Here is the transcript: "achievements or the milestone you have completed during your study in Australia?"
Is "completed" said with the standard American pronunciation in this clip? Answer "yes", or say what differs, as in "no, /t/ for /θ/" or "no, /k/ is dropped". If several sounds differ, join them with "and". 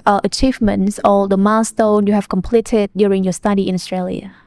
yes